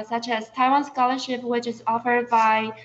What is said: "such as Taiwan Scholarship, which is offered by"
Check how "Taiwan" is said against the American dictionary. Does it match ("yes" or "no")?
yes